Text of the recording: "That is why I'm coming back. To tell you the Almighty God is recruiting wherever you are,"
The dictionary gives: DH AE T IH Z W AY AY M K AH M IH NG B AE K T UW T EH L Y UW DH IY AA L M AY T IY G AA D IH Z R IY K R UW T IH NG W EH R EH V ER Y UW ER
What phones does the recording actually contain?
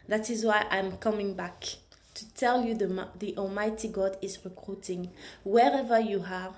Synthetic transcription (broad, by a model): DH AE T IH Z W AY AY M K AH M IH NG B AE K T UW T EH L Y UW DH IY AA L M AY T IY G AA D IH Z R IY K R UW T IH NG W EH R EH V ER Y UW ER